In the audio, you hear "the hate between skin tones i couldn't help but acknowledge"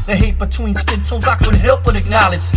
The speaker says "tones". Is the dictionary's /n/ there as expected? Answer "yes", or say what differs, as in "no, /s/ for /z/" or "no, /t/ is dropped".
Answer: no, /n/ is dropped